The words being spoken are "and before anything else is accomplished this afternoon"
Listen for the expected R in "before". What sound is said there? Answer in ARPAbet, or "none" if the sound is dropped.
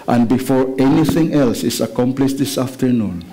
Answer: R